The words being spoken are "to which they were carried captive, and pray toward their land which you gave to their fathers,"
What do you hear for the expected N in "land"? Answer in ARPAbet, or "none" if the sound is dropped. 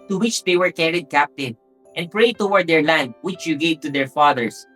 N